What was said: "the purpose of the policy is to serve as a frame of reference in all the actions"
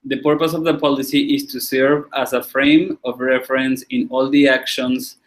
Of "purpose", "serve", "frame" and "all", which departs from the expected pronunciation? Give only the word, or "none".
none